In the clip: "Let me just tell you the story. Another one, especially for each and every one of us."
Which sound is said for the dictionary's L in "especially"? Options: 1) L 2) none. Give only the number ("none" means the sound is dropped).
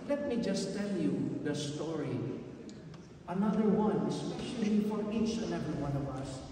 2